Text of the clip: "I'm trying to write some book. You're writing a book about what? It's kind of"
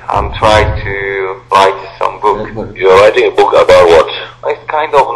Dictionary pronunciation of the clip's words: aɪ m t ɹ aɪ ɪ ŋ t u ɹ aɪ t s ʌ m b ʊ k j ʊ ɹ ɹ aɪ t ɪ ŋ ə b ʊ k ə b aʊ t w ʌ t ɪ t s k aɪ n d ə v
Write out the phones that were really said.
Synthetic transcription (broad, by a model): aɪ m t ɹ aɪ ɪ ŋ t u ɹ aɪ t s ʌ m b ʊ k j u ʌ ɹ aɪ t ɪ ŋ ə b ʊ k ə b aʊ t w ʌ t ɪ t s k aɪ n d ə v